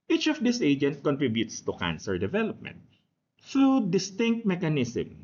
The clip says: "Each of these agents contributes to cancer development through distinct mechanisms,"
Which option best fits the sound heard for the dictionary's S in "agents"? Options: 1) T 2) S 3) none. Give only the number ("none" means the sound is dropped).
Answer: 3